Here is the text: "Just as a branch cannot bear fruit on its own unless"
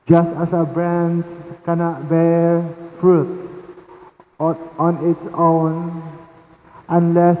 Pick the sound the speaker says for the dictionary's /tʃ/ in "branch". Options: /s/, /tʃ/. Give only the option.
/s/